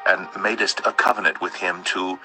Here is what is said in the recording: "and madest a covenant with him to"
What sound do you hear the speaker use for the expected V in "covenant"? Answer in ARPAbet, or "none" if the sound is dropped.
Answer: V